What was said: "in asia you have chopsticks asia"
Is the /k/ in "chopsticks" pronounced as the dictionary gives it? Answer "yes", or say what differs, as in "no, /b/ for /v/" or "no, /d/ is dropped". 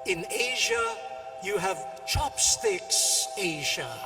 yes